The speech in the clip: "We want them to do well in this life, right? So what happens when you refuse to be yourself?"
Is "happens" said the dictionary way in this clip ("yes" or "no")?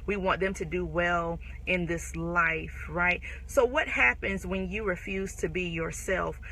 yes